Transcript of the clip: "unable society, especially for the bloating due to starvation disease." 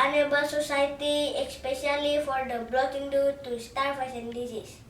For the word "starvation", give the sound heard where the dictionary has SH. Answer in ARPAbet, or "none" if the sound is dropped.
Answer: S